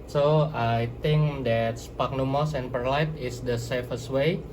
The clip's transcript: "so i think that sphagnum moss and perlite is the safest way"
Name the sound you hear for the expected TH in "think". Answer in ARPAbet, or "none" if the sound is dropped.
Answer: T